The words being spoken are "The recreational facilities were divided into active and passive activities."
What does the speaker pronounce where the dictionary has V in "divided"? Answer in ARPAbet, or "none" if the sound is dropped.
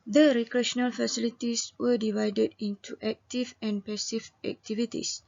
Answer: V